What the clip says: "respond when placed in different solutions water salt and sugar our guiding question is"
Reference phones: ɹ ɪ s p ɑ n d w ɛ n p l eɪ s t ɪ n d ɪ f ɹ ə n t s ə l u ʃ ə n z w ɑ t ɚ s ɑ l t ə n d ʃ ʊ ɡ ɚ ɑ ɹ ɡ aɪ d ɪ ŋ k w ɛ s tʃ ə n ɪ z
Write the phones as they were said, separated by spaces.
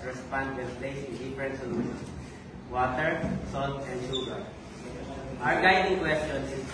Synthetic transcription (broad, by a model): ɹ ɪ s p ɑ n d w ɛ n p l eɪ s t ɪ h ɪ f ɹ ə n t s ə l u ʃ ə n w ɑ t ɚ s ɑ l t ə n d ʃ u ɡ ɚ ɑ ɹ ɡ aɪ d ɪ ŋ k w ɛ s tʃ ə n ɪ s